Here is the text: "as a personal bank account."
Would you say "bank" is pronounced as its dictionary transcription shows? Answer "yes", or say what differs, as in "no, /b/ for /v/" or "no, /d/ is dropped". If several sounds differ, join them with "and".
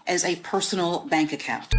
yes